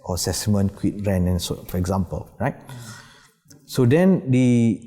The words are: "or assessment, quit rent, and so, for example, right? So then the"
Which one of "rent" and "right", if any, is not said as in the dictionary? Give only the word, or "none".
rent